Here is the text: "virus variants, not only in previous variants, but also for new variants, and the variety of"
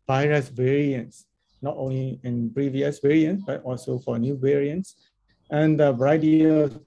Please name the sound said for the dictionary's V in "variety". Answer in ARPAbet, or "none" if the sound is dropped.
B